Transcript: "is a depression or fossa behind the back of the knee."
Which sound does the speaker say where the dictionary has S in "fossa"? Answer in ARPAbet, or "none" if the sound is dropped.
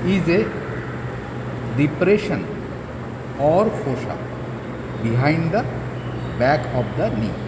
SH